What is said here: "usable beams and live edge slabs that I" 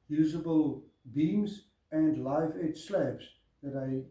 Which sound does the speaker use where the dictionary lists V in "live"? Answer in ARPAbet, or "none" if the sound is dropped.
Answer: F